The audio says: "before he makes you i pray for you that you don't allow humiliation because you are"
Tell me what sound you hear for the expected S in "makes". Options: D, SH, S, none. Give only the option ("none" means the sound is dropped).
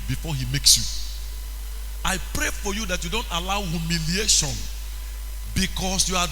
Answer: S